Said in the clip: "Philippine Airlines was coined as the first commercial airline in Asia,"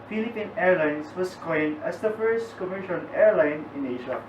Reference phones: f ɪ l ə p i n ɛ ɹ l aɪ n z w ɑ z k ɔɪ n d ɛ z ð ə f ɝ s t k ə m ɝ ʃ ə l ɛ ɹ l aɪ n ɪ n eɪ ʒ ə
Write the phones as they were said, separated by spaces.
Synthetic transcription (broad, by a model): f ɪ l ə p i n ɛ ɹ l aɪ n s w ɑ s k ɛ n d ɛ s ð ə f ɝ s t k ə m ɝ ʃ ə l ɛ ɹ l aɪ n ɪ n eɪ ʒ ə